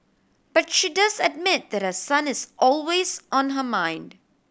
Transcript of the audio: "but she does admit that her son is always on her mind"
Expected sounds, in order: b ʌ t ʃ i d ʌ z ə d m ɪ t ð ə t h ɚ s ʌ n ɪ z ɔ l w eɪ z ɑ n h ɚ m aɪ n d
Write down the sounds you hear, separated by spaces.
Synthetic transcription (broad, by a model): b ʌ t ʃ i d ʌ z ə d m ɪ t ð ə t h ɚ s ʌ n ɪ z ɔ l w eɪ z ɑ n h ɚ m aɪ n d